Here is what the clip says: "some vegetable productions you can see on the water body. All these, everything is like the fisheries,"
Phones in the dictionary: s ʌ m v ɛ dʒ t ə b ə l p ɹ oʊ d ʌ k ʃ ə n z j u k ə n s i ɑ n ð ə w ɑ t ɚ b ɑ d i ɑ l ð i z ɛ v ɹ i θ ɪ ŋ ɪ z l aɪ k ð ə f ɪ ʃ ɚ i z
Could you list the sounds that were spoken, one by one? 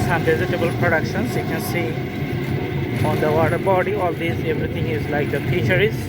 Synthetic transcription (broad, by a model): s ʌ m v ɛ z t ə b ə l p ɹ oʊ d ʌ k ʃ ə n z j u k ə n s i ɑ n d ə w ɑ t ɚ b ɑ d i ɑ l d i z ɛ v ɹ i t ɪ ŋ ɪ z l aɪ k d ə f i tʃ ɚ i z